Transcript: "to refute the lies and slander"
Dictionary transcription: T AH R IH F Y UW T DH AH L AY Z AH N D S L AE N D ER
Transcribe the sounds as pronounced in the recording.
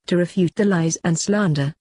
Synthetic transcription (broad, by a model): T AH R IH F Y UW T DH AH L AY Z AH N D S L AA N D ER